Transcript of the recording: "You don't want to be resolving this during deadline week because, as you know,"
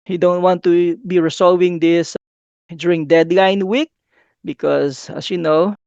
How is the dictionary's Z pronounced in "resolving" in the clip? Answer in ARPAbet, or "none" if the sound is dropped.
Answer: S